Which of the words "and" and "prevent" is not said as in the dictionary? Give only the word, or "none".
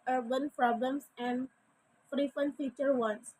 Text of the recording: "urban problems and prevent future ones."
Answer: prevent